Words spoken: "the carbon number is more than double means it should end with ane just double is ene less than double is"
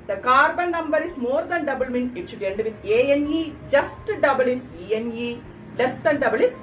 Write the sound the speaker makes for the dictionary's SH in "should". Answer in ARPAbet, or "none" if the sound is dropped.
S